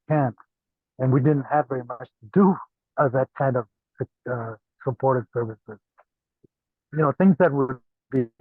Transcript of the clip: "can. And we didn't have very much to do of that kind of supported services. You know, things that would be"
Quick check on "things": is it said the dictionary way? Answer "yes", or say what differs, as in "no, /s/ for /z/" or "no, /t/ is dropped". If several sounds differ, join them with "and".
yes